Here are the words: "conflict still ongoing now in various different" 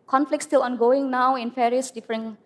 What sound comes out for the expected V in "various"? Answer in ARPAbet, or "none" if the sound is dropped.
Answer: F